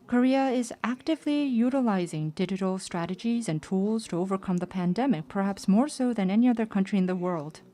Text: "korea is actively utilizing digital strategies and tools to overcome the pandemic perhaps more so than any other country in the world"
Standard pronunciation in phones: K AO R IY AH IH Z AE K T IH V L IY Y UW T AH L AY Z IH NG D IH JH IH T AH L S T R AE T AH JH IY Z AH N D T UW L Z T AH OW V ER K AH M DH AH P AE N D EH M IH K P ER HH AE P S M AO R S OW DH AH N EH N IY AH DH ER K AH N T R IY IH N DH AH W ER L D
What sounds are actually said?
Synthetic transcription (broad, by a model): K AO R IY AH IH Z AE K T IH V L IY Y UW T AH L AY Z IH NG D IH JH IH T L S T R AE T AH JH IY Z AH N T UW L Z T AH OW V ER K AH M DH AH P AE N D EH M IH K P ER HH AE P S M AO R S OW DH AH N EH N IY AH DH ER K AH N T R IY IH N DH AH W ER L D